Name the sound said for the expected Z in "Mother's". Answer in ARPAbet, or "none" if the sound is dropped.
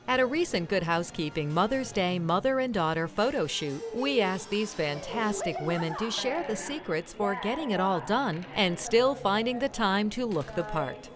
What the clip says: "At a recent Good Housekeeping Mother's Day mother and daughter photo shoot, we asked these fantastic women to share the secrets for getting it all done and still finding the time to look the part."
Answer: Z